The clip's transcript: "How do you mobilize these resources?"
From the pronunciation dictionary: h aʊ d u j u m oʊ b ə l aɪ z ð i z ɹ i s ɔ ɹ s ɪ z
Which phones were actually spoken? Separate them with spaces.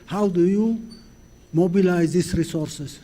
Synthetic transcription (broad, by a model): h aʊ d u j u m oʊ b ə l aɪ z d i s ɹ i s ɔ ɹ s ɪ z